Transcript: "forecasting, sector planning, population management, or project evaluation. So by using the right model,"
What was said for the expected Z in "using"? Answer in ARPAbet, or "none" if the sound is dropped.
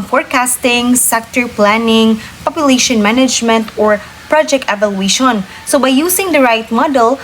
S